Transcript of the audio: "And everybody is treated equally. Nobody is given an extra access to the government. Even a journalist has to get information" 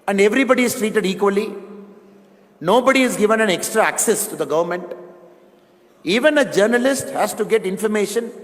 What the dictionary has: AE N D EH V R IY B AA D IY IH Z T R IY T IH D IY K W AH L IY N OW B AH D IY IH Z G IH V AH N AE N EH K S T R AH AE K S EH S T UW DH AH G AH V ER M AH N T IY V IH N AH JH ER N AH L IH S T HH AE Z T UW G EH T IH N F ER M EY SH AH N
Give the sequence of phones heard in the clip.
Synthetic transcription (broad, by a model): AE N D EH V R IY B AA D IY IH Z T R IY T IH D IY K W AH L IY N OW B AH D IY IH Z G IH V AH N AE N EH K S T R AH AE K S EH S T UW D AH G AH V ER M AH N T IY V IH N AH JH ER N AH L IH S T HH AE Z T UW G EH T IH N F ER M EY SH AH N